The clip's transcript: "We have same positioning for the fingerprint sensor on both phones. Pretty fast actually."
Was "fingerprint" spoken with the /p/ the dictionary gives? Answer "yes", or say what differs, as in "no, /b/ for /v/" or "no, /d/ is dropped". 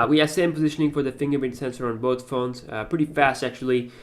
no, /p/ is dropped